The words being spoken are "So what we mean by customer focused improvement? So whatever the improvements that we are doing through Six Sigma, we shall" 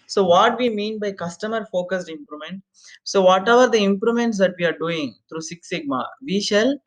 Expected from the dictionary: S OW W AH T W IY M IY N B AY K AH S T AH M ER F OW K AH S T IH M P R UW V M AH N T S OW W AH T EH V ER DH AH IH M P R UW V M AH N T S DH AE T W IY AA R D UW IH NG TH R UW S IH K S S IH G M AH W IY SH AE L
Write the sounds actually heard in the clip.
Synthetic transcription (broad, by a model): S OW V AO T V IY M IY N B AY K AH S T AH M ER F OW K AH S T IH M P R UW M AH N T S OW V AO T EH V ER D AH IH M P R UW M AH N T S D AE T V IY AA R D UW IH NG T R UW S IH K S S IH G M AH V IY SH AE L